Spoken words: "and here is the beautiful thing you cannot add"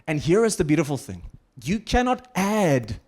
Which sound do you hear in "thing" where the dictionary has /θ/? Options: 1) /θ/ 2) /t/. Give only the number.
1